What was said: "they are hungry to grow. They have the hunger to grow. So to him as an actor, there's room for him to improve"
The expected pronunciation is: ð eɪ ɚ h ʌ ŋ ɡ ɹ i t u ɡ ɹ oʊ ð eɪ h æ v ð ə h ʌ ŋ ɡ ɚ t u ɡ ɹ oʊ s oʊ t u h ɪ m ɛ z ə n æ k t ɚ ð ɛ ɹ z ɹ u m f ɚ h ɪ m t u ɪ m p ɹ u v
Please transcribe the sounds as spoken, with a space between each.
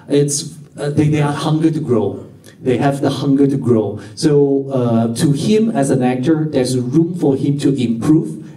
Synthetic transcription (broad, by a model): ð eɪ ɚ h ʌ ŋ ɡ i t u ɡ ɹ oʊ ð eɪ h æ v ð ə h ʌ ŋ ɡ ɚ t u ɡ ɹ oʊ s oʊ t u h ɪ m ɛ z ə n æ k t ɚ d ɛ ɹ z ɹ u m f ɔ h ɪ m t u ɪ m p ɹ u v